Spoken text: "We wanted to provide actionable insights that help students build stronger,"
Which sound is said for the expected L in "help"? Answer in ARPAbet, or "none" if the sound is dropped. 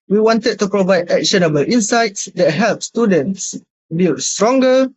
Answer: L